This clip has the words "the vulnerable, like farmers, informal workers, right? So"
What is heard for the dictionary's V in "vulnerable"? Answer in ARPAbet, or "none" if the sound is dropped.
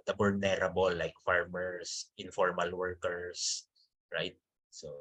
B